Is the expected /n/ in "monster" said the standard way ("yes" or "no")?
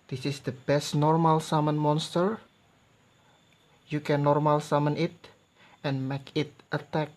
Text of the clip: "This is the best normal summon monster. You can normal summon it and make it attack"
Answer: yes